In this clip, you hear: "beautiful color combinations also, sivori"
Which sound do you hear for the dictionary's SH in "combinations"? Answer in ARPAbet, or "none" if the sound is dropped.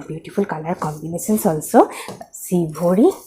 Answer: S